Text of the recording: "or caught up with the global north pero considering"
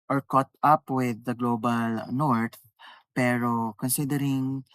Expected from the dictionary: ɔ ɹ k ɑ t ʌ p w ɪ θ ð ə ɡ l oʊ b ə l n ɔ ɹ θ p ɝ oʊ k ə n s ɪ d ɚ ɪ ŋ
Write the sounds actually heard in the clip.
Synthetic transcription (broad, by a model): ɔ ɹ k ɑ t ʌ p w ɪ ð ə ɡ l oʊ b ə l n ɔ ɹ t p ɝ oʊ k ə n s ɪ d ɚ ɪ ŋ